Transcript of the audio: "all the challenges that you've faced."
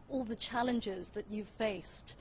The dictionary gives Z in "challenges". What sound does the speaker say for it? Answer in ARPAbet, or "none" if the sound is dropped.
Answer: Z